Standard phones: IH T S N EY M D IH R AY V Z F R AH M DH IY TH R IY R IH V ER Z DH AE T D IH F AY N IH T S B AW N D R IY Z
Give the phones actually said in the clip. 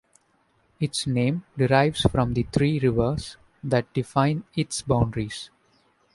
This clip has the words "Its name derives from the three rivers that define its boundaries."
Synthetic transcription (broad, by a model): IH T S N EY M D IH R AY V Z F R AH M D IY T R IY R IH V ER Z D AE T D IH F AY N IH T S B AW N D R IY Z